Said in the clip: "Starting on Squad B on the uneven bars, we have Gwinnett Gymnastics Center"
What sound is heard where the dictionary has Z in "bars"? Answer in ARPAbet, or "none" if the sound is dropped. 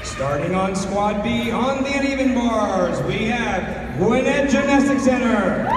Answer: Z